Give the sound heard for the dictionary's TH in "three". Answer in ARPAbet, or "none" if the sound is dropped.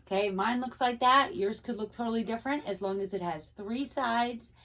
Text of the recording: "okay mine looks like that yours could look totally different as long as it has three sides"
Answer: TH